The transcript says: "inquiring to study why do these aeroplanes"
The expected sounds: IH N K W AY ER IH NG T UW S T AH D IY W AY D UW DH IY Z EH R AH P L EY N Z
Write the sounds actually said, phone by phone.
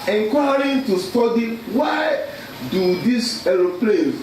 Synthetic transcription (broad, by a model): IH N K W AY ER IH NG T UW S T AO D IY W AY D UW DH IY S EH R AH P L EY